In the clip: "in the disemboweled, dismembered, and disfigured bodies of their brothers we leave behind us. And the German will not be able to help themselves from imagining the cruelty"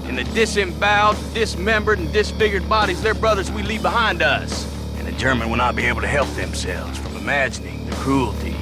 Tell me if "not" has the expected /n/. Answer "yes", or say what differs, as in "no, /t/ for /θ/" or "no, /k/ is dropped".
yes